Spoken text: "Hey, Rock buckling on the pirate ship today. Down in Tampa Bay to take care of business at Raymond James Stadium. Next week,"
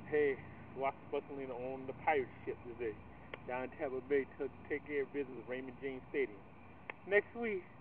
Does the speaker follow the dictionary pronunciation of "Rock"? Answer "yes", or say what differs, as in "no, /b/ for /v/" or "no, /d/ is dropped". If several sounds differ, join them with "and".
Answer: no, /w/ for /ɹ/